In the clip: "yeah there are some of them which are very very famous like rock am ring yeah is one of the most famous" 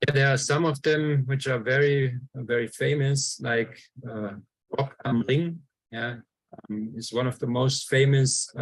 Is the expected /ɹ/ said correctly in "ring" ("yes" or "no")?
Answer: no